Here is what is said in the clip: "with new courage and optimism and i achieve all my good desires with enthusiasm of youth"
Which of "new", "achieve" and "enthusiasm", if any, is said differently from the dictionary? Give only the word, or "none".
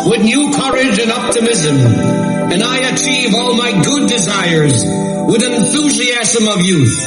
none